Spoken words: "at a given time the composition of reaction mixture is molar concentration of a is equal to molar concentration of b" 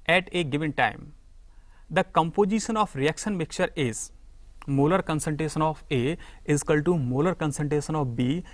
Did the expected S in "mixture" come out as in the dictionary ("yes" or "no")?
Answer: no